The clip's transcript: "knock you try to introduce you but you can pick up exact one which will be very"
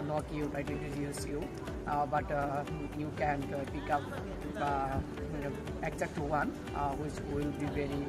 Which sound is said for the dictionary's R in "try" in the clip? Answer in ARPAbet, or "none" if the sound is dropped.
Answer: none